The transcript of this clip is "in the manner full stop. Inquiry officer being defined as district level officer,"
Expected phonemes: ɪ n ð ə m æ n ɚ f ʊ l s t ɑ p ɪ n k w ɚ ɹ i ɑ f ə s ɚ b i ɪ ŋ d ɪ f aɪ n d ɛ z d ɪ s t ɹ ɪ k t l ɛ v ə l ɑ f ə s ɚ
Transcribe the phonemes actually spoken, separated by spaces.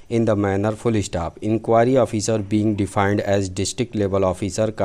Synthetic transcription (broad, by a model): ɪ n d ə m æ n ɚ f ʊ l s t ɑ p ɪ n k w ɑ ɹ i ɑ f ə s ɚ b i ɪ ŋ d ɪ f aɪ n d ɛ z d ɪ s t ɹ ɪ k t l ɛ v ə l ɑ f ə s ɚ